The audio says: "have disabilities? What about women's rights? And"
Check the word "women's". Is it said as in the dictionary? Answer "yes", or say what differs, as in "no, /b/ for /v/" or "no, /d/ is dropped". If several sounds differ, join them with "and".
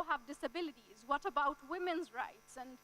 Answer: yes